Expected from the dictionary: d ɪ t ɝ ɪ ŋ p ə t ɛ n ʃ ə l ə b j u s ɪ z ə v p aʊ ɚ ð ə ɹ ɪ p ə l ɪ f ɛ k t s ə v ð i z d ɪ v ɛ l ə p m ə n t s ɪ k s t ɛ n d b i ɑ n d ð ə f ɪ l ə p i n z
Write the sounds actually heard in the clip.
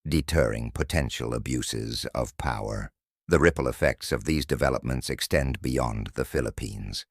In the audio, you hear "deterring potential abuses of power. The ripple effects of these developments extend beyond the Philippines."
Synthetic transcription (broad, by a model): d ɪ t ɝ ɪ ŋ p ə t ɛ n ʃ l ə b j u s ɪ z ə v p aʊ ɚ ð ə ɹ ɪ p l ɪ f ɛ k t s ə v ð i z d ɪ v ɛ l ə p m ə n t s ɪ k s t ɛ n b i ɑ n ð ə f ɪ l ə p i n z